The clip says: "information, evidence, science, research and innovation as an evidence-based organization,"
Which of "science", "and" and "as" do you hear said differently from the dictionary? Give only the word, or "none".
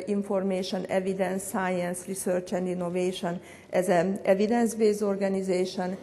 none